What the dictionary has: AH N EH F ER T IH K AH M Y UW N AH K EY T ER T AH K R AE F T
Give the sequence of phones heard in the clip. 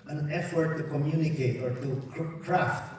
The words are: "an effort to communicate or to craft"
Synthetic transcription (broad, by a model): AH N EH F ER T IH K AH M Y UW N AH K EY T ER T AH K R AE F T